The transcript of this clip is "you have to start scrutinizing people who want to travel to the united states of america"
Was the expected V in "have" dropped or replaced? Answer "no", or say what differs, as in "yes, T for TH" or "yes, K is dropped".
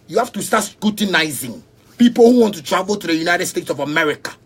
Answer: yes, F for V